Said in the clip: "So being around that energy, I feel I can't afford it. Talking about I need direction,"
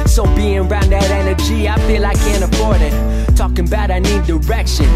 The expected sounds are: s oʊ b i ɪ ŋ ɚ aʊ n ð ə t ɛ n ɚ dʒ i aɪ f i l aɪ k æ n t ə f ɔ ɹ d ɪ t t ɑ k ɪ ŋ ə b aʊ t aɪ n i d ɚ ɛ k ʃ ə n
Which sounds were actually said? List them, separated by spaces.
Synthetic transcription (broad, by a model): s oʊ b i ɪ ŋ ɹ aʊ n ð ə t ɛ n ɚ dʒ i aɪ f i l aɪ k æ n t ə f ɔ ɹ d ɪ t t ɑ k ɪ ŋ ə b aʊ t aɪ n i d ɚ ɛ k ʃ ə n